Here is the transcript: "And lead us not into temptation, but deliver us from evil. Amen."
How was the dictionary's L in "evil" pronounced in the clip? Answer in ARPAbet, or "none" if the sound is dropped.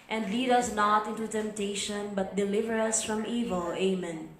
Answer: L